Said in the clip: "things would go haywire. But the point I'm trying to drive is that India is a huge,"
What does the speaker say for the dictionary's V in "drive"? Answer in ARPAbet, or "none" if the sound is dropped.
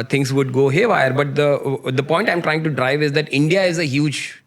V